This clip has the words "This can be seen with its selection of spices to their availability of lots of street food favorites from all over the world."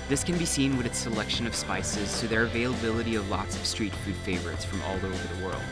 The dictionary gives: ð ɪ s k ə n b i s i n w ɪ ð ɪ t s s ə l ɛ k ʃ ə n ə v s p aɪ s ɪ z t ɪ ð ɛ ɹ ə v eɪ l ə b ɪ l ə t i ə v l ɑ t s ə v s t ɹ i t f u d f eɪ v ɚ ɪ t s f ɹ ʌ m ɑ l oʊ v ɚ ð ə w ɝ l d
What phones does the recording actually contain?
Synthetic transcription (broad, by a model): ð ɪ s k ə n b i s i n w ɪ ð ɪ t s s ə l ɛ k ʃ ə n ə v s p aɪ s ɪ z t ɪ ð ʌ ɹ ə v eɪ l ə b ɪ l ə t i ə v l ɑ t s ə v s t ɹ i t f u d f eɪ v ɚ ɪ t s f ɹ ʌ m ɑ l oʊ v ɚ ð ə w ɝ l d